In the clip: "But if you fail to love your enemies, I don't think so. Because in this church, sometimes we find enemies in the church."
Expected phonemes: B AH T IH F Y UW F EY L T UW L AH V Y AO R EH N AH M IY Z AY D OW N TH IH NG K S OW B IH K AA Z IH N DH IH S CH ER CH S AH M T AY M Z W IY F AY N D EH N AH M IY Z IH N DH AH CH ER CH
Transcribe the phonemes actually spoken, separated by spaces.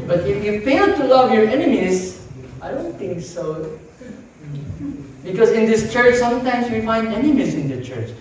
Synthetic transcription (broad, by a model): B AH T IH F Y UW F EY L T UW L AH V Y AO R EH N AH M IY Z AY D OW N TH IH NG K S OW B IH K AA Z IH N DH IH S CH ER CH S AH M T AY M S W IY F AY N D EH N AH M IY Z IH N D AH CH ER CH